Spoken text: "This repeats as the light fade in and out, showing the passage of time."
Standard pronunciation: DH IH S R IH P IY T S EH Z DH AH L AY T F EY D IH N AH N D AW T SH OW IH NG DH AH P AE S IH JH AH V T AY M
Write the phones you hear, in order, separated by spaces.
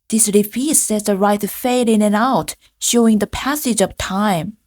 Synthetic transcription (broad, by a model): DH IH S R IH F IY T S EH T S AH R AY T F EY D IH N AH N AW T SH OW IH NG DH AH P AE S IH JH AH V T AY M